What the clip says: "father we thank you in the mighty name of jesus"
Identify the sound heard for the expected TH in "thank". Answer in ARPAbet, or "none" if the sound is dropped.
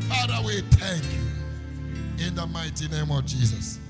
T